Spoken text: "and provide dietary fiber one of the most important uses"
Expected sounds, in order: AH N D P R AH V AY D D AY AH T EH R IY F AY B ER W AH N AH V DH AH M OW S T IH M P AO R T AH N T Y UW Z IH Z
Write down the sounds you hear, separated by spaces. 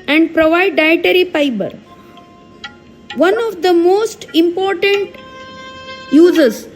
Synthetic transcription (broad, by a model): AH N D P R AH V AY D D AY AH T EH R IY P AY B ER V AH N AH V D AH M OW S T IH M P AO R T AH N T Y UW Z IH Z